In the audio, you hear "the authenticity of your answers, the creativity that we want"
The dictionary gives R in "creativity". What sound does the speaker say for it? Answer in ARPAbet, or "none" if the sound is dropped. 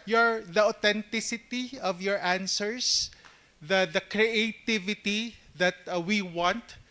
R